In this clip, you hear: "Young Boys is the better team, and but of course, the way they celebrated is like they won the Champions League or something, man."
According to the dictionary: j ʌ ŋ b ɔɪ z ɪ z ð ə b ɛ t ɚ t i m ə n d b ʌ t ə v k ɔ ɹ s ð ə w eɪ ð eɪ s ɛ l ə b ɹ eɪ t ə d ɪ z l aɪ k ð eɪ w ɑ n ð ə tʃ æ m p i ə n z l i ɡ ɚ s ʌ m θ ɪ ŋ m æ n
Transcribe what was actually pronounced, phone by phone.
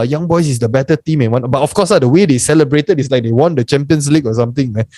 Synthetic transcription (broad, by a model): j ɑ ŋ b ɔɪ s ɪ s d ə b ɛ t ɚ t i m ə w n b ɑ t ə f k ɔ s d ə w eɪ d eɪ s ɛ l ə b ɹ eɪ t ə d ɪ s l aɪ k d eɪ w ɑ n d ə tʃ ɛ m p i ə n s l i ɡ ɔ s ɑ m t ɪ ŋ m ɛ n